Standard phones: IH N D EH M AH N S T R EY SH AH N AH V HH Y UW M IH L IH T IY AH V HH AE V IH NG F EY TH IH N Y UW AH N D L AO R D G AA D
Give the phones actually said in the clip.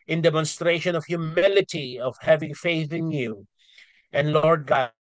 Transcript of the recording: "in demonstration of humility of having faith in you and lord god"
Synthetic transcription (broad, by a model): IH N D EH M AH N S T R EY SH AH N AH V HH Y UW M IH L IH T IY AH V HH AE V IH NG F EY TH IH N Y UW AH N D L AO R D G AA